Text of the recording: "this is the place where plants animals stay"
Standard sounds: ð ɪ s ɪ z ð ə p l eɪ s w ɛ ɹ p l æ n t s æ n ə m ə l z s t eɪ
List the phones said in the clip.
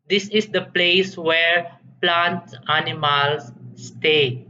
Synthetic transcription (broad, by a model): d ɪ s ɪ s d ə p l eɪ s w ɛ ɹ p l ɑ n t æ n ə m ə l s t eɪ